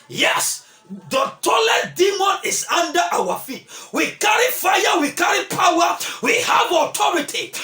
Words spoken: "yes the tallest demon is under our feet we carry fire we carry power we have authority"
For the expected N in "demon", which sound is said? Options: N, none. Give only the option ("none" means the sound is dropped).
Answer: N